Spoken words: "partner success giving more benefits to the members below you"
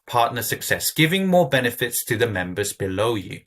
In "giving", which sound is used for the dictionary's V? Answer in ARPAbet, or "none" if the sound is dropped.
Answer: V